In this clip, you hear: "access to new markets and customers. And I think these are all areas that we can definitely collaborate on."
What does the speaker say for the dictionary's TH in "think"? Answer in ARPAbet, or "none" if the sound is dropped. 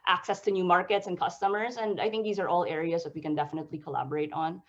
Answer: TH